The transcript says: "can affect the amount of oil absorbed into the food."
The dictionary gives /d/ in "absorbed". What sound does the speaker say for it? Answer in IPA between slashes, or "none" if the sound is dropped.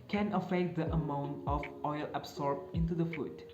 none